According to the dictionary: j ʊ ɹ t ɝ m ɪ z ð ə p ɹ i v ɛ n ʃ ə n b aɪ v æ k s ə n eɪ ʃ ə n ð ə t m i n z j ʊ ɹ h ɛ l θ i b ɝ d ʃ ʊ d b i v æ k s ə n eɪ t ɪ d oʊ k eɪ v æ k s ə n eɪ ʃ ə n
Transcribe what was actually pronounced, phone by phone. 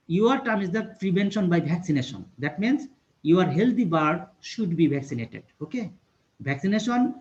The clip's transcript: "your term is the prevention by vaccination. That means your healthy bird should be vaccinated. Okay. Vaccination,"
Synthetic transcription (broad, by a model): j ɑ ɹ t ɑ m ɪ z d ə p ɹ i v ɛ n ʃ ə n b aɪ b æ k s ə n eɪ ʃ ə n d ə t m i n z j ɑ ɹ h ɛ l t i b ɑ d ʃ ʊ d b i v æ k s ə n eɪ t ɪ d oʊ k eɪ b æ k s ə n eɪ ʃ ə n